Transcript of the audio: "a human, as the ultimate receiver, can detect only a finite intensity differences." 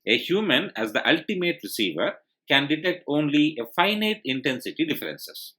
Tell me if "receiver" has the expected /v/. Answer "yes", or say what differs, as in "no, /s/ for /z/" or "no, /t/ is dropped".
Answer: yes